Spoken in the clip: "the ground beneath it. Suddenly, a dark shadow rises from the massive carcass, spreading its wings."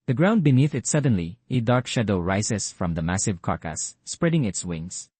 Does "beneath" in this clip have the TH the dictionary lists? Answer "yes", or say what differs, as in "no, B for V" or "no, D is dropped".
yes